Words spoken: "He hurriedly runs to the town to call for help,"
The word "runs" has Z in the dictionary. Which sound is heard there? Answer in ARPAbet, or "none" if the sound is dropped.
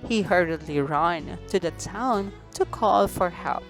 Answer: none